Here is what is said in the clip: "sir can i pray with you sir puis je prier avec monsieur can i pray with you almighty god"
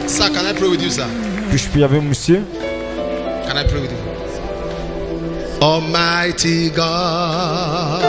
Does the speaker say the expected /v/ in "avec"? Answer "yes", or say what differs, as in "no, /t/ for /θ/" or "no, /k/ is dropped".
no, /b/ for /v/